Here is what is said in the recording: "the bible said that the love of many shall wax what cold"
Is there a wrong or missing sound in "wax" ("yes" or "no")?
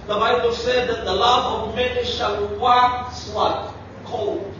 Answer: yes